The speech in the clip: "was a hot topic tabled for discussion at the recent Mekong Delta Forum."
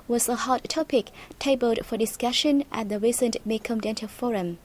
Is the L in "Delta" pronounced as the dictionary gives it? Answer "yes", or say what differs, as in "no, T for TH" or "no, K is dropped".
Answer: no, N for L